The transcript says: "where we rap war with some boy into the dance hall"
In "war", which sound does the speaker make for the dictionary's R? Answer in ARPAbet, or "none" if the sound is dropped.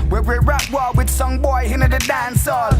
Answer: L